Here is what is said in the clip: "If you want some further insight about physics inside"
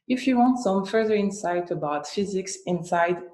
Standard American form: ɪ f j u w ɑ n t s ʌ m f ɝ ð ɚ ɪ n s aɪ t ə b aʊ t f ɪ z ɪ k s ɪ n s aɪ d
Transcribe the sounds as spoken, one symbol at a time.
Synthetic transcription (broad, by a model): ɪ f j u w ɑ n t s ʌ m f ɝ ð ɚ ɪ n s aɪ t ə b aʊ t f ɪ z ɪ k s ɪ n s aɪ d